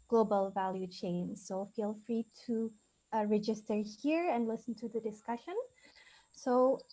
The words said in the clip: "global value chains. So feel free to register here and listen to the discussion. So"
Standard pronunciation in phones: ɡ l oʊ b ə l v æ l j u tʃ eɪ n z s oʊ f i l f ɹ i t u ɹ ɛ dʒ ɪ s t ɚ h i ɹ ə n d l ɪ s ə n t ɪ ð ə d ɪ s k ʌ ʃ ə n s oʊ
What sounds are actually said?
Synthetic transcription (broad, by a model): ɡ l oʊ b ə l v æ l j u tʃ eɪ n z s oʊ f i l f ɹ i t u ɹ ɛ dʒ ɪ s t ɚ h i ɹ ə n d l ɪ s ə n t ɪ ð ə d ɪ s k ʌ ʃ ə n s oʊ